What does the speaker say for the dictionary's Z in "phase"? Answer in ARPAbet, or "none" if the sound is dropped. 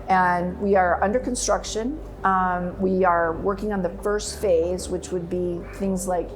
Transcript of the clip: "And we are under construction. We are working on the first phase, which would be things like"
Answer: Z